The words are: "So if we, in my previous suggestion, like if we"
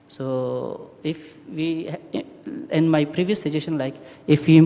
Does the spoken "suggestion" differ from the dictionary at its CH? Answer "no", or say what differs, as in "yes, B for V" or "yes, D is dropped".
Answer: yes, SH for CH